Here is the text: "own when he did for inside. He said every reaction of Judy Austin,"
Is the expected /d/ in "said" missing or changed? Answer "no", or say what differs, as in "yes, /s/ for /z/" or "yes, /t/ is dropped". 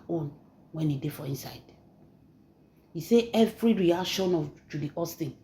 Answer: yes, /d/ is dropped